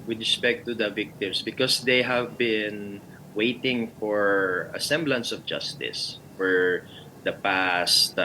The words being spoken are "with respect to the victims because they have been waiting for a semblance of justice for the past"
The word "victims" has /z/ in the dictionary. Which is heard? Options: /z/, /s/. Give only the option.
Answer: /s/